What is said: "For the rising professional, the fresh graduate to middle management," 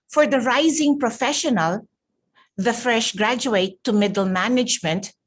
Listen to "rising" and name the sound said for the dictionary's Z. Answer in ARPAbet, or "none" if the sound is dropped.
Z